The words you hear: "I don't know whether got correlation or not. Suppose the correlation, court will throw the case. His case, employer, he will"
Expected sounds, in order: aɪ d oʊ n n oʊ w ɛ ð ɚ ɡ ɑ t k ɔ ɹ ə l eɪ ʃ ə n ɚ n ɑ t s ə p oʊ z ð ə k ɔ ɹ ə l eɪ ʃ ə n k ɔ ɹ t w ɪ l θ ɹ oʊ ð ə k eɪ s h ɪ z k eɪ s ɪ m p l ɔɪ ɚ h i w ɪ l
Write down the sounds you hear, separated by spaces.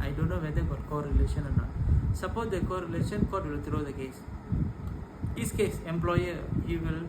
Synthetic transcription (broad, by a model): aɪ d oʊ n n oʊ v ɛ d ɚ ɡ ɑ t k ɔ ɹ ə l eɪ ʃ ə n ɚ n ɑ t s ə p oʊ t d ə k ɔ ɹ ə l eɪ ʃ ə n k ɔ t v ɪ l t ɹ oʊ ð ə k eɪ s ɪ s k eɪ s ɪ m p l ɔɪ ɚ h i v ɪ l